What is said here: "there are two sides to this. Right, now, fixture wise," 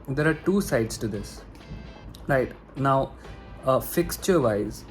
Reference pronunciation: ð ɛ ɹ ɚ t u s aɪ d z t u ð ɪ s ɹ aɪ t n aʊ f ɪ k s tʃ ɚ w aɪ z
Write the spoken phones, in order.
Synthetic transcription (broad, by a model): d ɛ ɹ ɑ t u s aɪ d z t u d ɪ s ɹ aɪ t n aʊ f ɪ k s tʃ ɚ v aɪ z